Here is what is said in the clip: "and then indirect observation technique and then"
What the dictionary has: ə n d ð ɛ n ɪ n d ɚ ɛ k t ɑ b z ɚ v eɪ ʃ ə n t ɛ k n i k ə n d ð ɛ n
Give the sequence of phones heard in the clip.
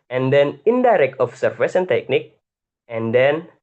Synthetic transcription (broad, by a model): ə n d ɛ n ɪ n d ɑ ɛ k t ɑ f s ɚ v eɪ s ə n t ɛ k n i k ə n d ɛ n